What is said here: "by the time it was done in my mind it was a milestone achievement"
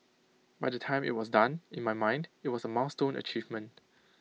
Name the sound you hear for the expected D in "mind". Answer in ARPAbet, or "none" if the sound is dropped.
D